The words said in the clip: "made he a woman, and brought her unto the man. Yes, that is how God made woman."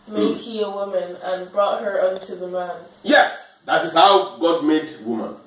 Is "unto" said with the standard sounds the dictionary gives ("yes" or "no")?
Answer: yes